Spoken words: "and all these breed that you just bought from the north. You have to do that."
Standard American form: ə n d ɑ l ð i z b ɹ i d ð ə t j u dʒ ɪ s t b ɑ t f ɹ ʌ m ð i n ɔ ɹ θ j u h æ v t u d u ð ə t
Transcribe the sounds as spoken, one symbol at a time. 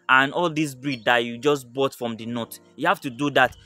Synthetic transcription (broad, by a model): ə n ɑ l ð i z b ɹ i d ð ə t j u dʒ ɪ s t b ɑ t f ɹ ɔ m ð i n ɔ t j u h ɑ f t u d u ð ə t